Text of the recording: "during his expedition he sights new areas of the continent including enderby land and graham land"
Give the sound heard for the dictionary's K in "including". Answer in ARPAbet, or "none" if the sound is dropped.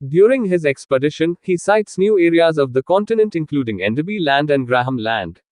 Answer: K